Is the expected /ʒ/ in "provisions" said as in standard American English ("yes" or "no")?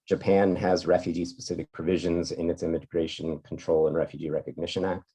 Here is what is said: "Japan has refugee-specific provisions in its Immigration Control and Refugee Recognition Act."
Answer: yes